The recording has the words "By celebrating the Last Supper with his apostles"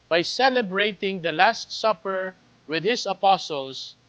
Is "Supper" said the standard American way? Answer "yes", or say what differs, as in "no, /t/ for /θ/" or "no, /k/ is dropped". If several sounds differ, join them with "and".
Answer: yes